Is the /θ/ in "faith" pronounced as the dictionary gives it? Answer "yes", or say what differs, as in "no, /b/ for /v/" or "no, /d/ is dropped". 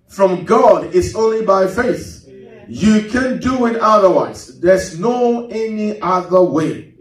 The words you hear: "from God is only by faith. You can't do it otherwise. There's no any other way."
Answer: yes